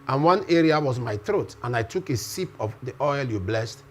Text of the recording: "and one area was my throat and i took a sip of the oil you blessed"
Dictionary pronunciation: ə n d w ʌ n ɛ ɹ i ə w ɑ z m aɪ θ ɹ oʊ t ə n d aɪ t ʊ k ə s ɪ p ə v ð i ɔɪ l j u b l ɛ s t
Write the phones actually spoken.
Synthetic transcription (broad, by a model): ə n w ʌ n ɛ ɹ i ə w ɑ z m aɪ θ ɹ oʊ t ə n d aɪ t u k ə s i p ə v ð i ɔɪ l j u b l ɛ s t